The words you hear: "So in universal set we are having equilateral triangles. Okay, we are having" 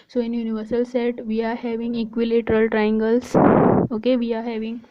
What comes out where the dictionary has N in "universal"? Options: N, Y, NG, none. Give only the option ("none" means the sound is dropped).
N